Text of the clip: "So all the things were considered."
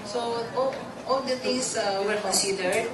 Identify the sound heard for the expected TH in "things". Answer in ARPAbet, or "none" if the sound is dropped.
T